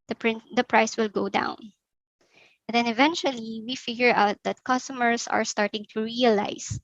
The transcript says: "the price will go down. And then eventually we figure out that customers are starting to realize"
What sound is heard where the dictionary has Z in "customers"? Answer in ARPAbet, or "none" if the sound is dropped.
S